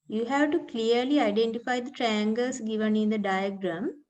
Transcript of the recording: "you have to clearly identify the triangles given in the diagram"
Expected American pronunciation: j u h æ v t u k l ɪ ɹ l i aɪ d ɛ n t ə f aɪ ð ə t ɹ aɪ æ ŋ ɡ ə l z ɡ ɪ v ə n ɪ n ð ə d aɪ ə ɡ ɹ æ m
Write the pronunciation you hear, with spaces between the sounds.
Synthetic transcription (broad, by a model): j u h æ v t u k l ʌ ɹ l i aɪ d ɛ n t ə f aɪ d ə t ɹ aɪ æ ŋ ɡ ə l s ɡ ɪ v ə n ɪ n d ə d aɪ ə ɡ ɹ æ m